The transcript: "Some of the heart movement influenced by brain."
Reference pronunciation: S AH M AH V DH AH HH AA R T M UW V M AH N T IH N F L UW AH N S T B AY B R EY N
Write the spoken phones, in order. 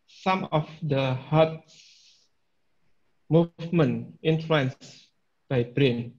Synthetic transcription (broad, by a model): S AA M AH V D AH HH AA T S M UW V M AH N IH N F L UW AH N S B AY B R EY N